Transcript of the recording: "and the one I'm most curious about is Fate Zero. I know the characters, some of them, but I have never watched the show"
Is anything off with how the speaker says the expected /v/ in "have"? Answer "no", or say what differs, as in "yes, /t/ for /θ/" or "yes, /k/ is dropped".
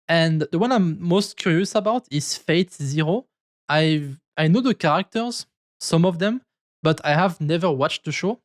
no